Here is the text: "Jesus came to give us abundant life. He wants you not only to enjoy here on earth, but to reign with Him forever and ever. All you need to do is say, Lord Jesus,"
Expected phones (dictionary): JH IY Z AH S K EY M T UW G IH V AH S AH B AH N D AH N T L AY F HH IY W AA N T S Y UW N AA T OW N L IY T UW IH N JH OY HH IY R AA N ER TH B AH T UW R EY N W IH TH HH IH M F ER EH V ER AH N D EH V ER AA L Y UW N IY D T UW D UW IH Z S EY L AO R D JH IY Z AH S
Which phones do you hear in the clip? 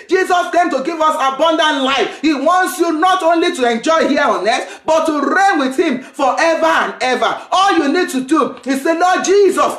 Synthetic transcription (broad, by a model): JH IY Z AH S K EY M T UW G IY V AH S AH B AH N D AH N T L AY F HH IY W AA N T S Y UW N AA T OW N L IY T UW IH N JH OY HH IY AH AA N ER S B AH T UW R EY N W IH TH HH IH M F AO EH V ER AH N EH V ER AA L Y UW N IY D T UW D UW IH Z S EY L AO JH IY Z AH S